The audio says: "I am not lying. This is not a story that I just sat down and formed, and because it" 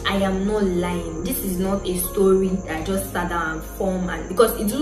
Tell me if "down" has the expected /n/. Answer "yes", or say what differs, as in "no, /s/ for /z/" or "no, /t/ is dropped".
no, /n/ is dropped